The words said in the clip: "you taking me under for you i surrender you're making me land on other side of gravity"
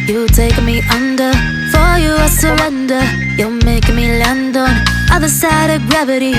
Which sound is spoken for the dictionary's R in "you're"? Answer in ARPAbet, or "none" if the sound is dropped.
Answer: L